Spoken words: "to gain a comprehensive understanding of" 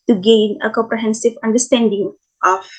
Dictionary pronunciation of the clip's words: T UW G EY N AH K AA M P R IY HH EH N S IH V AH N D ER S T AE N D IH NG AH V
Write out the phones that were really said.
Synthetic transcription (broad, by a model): T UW G EY N AH K AA M P R IY HH EH N S IH V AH N D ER S T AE N D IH NG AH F